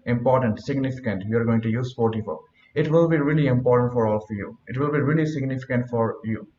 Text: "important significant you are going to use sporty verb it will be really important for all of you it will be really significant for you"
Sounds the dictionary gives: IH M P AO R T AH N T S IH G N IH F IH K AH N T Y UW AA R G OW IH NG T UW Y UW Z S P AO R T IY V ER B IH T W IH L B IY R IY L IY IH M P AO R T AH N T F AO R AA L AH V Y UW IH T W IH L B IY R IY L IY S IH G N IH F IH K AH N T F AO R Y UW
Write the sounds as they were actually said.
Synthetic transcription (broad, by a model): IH M P AO R T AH N T S IH G N IH F IH K AH N T Y UW AA R G OW IH NG T UW Y UW Z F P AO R T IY F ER IH T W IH L B IY R IY L IY IH M P AO R T AH N T F AO R AA L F Y UW IH T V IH L B IY R IY L IY S IH G N IH F IH K AH N T F AO R Y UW